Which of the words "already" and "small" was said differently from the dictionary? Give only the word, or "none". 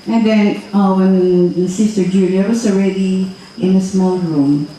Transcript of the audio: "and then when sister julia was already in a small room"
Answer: none